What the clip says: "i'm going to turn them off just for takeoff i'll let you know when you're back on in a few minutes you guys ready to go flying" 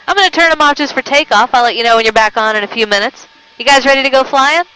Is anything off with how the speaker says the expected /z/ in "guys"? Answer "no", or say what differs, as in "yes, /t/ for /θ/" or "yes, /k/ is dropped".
no